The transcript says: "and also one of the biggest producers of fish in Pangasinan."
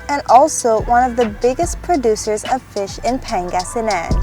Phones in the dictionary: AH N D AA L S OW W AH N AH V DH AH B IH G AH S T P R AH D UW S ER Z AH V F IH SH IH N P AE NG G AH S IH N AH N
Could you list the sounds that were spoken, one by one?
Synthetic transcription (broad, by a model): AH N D AA L S OW W AH N AH V DH AH B IH G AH S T P R AH D UW S ER Z AH V F IH SH IH N P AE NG G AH S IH N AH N